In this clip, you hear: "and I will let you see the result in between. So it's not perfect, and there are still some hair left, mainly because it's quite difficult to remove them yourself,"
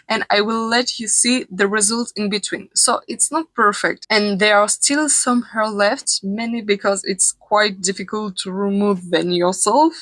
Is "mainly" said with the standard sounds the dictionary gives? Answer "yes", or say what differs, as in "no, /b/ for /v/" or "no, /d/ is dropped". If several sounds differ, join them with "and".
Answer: no, /l/ is dropped